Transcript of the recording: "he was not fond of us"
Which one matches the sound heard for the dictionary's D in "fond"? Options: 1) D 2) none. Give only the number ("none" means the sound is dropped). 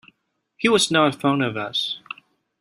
2